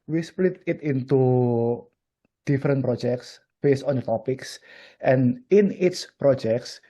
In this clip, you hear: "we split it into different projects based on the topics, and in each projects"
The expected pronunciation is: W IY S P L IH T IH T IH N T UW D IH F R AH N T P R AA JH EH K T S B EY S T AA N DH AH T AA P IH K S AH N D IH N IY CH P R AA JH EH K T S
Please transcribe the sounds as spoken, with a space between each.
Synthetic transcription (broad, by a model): W IY S P L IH T IH T IH N T UW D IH F R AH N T P R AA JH EH K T S B EY S T AA N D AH T AA P IH K S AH N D IH N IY S P R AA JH EH K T S